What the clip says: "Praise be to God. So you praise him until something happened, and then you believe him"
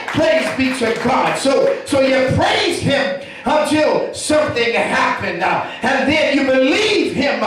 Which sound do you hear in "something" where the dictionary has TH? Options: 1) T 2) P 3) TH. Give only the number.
3